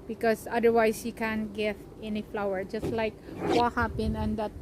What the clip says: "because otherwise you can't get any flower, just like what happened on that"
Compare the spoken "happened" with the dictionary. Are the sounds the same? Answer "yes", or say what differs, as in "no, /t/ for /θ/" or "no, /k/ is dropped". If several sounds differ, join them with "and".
no, /d/ is dropped